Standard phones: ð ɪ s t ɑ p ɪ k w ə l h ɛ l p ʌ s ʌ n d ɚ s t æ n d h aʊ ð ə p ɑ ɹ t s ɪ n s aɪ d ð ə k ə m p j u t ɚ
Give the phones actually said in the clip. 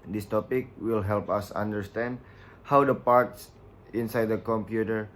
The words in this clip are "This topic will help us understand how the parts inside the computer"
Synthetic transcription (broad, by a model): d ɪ s t ɑ p ɪ k w ə l h ɛ l p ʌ s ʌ n d ɚ s t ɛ n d h aʊ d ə p ɑ ɹ t s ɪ n s aɪ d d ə k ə m p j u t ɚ